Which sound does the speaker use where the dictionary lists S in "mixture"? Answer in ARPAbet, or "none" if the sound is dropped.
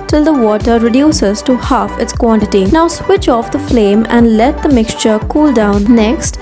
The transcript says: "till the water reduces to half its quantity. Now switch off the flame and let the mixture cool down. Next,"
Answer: S